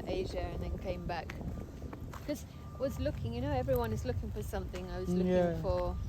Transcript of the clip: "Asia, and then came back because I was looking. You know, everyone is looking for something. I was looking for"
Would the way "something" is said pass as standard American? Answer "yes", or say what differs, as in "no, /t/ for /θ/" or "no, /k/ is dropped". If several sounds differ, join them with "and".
yes